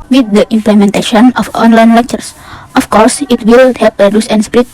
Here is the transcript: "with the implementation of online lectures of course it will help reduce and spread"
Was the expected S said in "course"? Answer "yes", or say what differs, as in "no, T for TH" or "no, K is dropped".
yes